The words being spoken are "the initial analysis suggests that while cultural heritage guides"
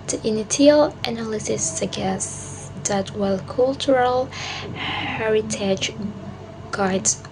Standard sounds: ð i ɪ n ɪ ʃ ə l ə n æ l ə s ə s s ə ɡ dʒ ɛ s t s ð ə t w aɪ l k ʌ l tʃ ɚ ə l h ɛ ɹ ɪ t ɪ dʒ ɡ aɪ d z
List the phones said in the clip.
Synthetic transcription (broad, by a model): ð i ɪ n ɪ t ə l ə n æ l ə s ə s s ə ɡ ɛ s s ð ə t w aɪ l k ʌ l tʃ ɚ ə l h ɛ ɹ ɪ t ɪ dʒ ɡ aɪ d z